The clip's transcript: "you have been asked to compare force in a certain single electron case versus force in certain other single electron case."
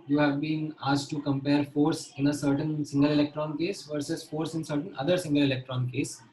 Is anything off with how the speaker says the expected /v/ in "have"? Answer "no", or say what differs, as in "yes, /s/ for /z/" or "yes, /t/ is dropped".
no